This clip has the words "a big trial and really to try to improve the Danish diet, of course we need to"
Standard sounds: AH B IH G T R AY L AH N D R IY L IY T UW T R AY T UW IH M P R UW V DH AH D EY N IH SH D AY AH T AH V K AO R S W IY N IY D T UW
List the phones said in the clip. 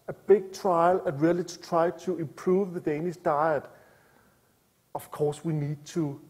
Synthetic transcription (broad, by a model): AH B IH G T R AY L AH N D R IY L IY T UW T R AY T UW IH M P R UW V DH AH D EY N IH S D AY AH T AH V K AO S W IY N IY D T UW